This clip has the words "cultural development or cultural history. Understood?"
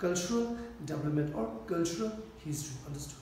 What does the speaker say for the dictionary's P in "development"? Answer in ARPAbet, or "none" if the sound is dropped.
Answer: none